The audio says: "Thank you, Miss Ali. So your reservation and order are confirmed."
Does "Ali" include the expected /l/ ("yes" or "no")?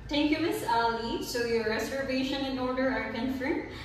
yes